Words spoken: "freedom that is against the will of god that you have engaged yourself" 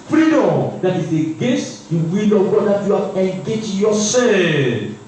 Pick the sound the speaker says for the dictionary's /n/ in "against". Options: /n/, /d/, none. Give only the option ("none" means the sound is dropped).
none